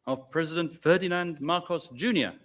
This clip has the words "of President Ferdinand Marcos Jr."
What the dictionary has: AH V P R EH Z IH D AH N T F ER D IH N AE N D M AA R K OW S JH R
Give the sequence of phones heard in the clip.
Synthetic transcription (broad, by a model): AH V P R EH Z IH D AH N T F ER D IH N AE N D M AA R K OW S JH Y